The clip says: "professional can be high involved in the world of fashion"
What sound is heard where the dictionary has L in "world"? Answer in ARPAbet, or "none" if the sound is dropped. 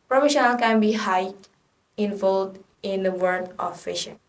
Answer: none